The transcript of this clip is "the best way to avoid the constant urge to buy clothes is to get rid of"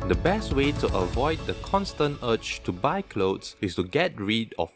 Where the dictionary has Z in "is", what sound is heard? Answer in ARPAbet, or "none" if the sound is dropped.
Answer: S